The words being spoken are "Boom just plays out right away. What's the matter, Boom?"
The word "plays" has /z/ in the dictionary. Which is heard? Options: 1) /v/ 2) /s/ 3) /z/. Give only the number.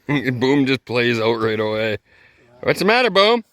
3